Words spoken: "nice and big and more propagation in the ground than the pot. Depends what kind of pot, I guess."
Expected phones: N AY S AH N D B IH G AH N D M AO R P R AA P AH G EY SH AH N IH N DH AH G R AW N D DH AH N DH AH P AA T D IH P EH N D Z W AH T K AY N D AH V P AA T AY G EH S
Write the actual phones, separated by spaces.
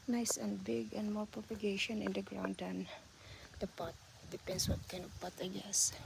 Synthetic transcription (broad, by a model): N AY S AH N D B IH G AH N D M AO R P R AA P AH G EY SH AH N IH N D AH G R AW N D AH N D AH P AA T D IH P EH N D S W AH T K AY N AH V P AA T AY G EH S